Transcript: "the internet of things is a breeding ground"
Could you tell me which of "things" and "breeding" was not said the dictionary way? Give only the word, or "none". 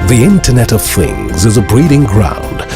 none